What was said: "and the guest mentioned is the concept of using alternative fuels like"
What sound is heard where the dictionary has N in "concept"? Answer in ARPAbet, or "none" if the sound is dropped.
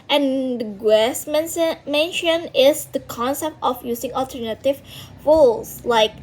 N